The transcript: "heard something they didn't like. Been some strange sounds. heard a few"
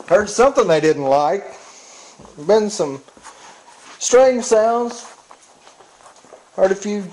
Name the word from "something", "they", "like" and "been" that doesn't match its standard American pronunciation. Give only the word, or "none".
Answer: none